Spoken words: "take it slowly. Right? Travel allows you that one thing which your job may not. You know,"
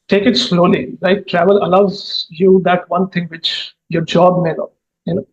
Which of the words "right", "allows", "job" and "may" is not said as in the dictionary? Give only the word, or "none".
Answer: right